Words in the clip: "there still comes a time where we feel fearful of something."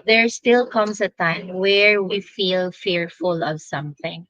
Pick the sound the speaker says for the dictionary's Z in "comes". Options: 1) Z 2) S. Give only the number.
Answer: 2